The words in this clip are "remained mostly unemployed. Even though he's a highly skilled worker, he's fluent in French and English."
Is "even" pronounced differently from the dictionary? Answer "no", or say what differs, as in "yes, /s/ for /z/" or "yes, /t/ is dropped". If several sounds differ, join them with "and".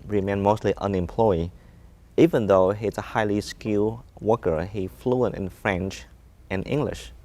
no